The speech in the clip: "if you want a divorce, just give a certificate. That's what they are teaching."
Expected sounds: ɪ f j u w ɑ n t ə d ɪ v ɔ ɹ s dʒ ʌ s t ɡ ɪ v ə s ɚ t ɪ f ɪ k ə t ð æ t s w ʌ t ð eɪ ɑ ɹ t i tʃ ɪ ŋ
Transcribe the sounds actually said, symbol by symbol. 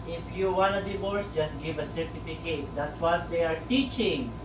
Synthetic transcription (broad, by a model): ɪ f j u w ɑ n ə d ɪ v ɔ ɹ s dʒ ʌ s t ɡ ɪ v ə s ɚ t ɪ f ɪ k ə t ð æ t s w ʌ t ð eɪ ɑ ɹ t i tʃ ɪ ŋ